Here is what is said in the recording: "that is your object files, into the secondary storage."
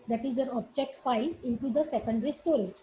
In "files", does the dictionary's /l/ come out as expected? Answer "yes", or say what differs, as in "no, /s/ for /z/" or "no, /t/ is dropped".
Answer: no, /l/ is dropped